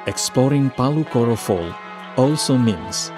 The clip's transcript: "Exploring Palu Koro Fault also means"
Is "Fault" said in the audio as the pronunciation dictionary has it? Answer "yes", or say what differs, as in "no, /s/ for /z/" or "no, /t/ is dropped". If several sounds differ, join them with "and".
no, /t/ is dropped